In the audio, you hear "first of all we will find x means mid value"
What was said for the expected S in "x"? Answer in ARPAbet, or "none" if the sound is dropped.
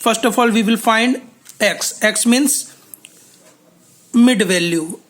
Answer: S